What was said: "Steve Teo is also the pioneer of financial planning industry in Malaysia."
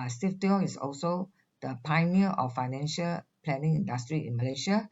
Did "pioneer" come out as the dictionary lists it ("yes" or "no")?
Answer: no